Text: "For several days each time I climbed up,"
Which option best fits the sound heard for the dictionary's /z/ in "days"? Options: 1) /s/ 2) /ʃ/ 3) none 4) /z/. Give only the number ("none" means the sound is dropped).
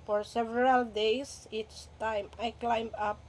1